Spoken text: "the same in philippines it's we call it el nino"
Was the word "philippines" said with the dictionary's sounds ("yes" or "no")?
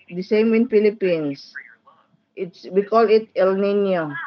no